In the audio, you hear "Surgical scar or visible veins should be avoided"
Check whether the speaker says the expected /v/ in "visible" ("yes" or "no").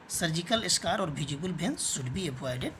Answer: no